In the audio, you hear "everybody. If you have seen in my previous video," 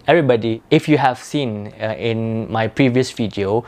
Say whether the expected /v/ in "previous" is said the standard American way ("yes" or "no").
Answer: yes